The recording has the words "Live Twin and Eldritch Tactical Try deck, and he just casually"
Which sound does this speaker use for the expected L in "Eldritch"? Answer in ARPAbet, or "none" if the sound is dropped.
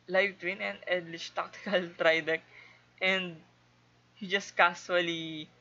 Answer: none